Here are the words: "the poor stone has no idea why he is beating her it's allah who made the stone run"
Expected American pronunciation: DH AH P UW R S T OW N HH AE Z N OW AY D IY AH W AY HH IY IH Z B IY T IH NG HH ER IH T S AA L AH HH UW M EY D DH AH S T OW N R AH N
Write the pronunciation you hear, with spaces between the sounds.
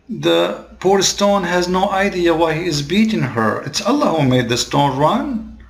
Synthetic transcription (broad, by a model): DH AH P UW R S T OW N HH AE Z N OW AY D IY AH W AY HH IY IH Z B IY T IH NG HH ER IH T S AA L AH HH UW M EY D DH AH S T OW N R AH N